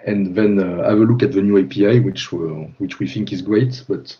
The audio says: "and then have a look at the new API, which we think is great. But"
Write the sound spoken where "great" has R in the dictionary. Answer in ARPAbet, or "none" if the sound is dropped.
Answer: R